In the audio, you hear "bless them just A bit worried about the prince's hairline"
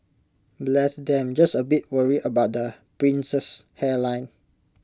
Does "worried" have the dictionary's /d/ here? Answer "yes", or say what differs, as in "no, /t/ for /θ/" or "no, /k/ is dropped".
no, /d/ is dropped